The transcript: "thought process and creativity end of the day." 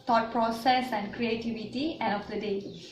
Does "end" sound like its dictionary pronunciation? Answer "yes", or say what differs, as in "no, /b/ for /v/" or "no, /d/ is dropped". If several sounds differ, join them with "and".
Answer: no, /d/ is dropped